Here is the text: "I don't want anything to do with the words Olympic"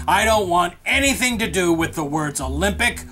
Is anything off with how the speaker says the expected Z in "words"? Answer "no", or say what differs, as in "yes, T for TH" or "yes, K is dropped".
no